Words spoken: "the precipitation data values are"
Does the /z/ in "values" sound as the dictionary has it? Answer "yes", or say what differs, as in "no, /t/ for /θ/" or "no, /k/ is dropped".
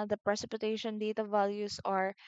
no, /s/ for /z/